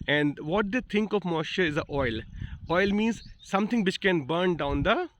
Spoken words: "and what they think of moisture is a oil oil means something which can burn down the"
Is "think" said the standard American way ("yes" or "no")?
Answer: no